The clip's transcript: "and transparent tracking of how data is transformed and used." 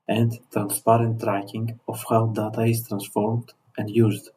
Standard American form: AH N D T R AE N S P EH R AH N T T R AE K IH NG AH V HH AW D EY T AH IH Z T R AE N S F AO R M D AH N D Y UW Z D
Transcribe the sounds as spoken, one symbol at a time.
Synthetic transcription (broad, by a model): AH N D T R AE N S P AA R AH N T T R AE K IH NG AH F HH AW D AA T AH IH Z T R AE N S F AO R M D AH N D Y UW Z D